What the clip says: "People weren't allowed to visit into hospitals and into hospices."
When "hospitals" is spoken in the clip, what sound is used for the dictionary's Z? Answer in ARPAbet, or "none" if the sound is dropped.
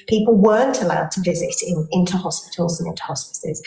Z